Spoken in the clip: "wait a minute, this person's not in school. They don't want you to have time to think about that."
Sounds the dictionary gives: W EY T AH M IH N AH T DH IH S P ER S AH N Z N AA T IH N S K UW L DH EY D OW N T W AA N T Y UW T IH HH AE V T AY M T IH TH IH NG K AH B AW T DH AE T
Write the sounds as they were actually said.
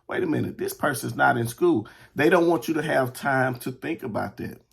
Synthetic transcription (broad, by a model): W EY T AH M IH N AH T DH IH S P ER S AH N Z N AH T IH N S K UW L DH EY D OW N T W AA N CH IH T IH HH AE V T AY M T IH TH IH NG K AH B AW T DH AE T